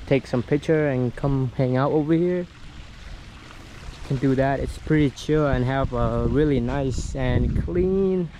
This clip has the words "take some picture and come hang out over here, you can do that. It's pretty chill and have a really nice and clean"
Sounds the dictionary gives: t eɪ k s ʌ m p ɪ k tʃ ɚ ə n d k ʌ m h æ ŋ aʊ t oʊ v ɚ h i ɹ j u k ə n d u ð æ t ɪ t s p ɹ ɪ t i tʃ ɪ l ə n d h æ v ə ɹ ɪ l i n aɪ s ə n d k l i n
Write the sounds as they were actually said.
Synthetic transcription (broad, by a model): t eɪ k s ʌ m p ɪ k tʃ ɚ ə n k ʌ m h æ ŋ aʊ t oʊ v ɚ h i ɹ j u k ə n d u ð æ t ɪ t s p ɹ ɪ t i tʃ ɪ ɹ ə n h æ v ə ɹ ɪ l i n aɪ s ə n k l i n